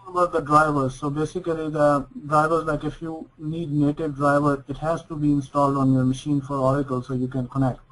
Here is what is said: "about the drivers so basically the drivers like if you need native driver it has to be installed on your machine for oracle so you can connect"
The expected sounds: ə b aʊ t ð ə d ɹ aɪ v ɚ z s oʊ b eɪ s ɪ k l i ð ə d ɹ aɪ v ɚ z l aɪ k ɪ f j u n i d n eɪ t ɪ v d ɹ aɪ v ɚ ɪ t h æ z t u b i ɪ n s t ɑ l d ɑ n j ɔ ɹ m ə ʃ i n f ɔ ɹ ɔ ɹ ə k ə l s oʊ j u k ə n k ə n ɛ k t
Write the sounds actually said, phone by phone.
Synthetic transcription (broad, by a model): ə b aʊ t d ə d ɹ aɪ v ɚ z s oʊ b eɪ s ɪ k l i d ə d ɹ aɪ v ɚ z l aɪ k ɪ f j u n i d n eɪ t ɪ v d ɹ aɪ v ɚ ɪ t h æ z t u b i ɪ n s t ɑ l d ɑ n j ɔ ɹ m ə ʃ i n f ɔ ɹ ɔ ɹ ə k ə l s oʊ j u k ə n k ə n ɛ k t